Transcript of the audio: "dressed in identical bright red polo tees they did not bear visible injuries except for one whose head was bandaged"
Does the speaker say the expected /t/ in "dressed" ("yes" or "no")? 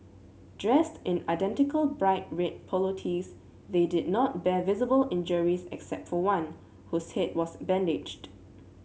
yes